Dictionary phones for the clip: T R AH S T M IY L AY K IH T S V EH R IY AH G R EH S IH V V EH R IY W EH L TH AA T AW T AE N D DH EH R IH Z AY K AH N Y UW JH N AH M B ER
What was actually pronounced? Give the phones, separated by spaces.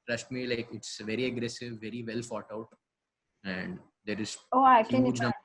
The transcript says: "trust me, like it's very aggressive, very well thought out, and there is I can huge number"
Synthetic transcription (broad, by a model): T R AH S T M IY L AY K IH T S V EH R IY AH G R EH S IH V V EH R IY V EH L F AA T AW T AE N D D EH R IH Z AY K AH N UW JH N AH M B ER